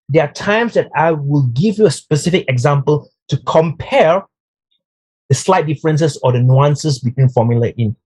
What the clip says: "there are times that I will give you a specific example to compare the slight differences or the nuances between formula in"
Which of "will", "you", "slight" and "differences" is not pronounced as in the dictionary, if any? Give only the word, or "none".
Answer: differences